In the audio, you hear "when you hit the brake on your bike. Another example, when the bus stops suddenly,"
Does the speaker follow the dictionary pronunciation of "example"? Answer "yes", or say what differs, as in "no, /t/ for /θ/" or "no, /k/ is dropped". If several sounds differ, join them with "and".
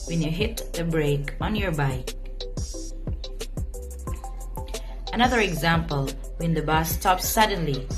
yes